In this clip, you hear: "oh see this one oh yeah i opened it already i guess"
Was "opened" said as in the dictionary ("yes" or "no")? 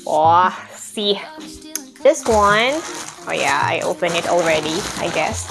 no